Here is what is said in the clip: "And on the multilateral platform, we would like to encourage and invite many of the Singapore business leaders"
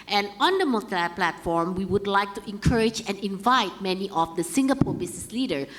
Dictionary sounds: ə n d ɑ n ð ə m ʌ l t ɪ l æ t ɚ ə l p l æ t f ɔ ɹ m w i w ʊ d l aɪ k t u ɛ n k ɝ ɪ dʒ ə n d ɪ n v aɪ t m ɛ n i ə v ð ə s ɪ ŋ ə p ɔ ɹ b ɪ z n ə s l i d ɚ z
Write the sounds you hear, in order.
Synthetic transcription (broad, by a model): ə n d ɑ n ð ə m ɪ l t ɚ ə p l æ t f ɔ ɹ m w i w ʊ d l aɪ k t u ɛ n k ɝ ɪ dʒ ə n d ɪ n v aɪ t m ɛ n i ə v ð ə s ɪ ŋ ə p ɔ ɹ b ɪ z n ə s l i d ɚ